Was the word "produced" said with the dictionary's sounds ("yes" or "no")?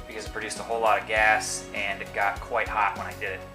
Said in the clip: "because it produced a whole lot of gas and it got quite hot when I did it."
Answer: yes